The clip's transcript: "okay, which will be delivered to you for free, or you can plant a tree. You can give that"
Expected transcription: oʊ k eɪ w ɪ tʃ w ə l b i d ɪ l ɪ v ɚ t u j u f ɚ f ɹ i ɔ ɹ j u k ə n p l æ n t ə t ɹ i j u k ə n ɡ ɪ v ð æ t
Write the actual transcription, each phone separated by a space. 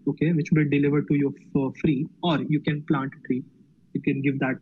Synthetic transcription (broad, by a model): oʊ k eɪ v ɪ tʃ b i d ɪ l ɪ v ɚ t u j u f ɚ f ɹ i ɔ ɹ j u k ə n p l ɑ n t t ɹ i j u k ə n ɡ ɪ v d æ t